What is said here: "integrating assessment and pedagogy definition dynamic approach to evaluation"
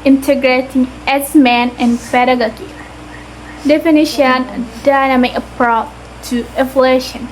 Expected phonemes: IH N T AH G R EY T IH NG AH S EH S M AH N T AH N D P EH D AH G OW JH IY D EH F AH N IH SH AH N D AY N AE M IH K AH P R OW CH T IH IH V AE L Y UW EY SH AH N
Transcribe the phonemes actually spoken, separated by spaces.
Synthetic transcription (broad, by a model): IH N T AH G R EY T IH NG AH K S M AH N AH N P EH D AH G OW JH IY D EH F AH N IH SH AH N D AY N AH M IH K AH P R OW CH T IH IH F L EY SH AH N